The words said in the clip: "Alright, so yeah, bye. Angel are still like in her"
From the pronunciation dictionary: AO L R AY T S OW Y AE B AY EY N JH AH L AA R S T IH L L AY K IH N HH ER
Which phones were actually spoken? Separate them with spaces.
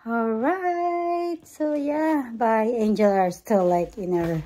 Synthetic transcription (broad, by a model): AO R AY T S OW Y AE B AY EY N JH AH L AA R S T IH L L AY K IH N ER